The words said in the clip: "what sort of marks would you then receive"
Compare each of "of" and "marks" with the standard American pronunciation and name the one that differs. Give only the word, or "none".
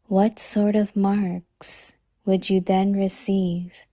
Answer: none